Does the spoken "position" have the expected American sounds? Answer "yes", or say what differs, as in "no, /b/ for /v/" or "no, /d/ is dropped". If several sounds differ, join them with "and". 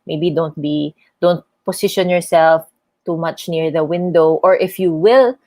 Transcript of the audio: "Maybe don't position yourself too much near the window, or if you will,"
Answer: no, /s/ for /z/